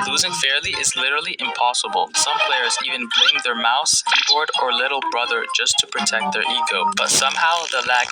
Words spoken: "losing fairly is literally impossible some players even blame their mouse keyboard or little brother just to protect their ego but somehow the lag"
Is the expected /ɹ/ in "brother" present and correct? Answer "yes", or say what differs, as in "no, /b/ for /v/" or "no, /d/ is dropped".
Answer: yes